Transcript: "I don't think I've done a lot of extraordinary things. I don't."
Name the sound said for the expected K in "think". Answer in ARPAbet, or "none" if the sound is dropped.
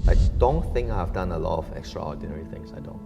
K